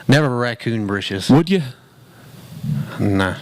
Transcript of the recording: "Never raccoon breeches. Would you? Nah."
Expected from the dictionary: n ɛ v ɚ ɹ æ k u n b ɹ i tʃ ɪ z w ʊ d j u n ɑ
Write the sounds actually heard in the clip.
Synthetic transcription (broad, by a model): n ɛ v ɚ ɹ æ k u n b ɹ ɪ ʃ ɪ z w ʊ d j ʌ n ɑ